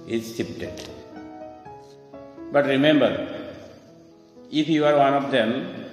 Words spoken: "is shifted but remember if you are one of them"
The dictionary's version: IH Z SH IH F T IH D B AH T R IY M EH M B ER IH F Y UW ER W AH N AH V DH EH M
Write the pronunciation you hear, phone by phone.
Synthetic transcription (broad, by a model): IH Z S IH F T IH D B AH T R IY M EH M B ER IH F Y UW ER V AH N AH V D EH M